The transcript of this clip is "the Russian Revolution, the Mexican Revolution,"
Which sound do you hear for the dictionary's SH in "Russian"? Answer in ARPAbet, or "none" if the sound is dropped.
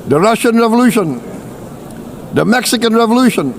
SH